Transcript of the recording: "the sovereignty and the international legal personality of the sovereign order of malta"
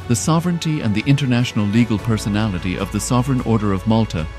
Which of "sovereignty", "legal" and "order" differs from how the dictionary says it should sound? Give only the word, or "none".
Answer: none